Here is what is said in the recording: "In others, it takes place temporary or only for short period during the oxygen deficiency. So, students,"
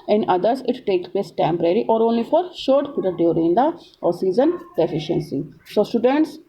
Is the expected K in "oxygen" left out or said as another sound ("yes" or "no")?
yes